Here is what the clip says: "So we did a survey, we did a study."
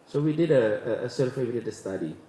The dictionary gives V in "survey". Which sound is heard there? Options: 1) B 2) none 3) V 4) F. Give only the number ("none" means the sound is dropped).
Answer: 4